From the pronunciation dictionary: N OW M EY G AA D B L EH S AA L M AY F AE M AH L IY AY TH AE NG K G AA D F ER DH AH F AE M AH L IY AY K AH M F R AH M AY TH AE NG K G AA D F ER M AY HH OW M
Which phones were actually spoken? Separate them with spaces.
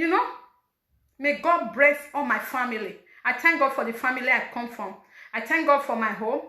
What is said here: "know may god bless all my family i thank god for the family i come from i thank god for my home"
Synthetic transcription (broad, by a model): N OW M EY G AA D B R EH TH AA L M AY F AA M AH L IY AY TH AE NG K G AA D F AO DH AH F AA M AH L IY AY K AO M F R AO M AY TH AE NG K G AA D F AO M AY HH OW M